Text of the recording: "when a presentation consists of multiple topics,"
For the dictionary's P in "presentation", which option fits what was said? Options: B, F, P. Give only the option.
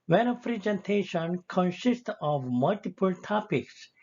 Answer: F